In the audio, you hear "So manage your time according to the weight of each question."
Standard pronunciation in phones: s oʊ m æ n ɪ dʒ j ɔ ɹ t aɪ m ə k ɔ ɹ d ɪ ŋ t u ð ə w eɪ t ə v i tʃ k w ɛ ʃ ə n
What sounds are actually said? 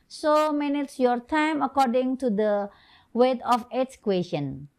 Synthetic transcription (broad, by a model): s oʊ m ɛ n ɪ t j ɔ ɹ t aɪ m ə k ɔ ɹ d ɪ ŋ t u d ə w eɪ t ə f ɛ s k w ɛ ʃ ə n